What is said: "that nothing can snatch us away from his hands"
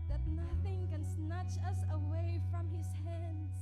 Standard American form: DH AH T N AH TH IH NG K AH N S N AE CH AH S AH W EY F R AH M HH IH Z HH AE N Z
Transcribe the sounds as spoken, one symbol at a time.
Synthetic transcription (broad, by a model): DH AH T N AH TH IH NG K AH N S N AE CH AH S AH W EY F R AH M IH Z HH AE N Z